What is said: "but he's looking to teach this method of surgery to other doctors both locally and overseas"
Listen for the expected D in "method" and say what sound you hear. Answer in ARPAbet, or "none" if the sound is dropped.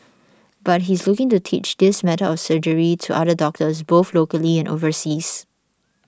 none